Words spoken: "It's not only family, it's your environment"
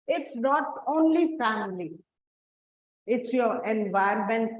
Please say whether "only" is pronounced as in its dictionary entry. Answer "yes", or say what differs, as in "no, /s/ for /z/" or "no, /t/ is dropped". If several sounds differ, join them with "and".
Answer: yes